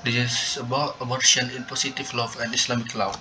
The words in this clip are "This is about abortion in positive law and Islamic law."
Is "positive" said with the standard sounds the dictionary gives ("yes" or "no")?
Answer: no